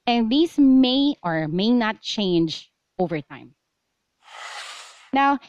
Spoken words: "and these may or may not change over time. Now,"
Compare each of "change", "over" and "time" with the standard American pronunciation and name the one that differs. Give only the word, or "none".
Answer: none